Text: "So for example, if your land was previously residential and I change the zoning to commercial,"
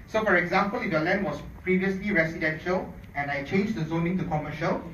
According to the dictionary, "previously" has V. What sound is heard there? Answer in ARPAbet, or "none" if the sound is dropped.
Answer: V